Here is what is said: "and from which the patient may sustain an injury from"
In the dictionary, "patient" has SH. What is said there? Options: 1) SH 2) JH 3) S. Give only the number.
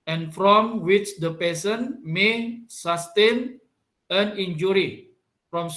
3